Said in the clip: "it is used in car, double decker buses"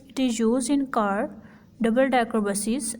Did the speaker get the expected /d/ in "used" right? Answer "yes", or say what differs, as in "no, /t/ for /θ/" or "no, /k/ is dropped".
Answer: no, /d/ is dropped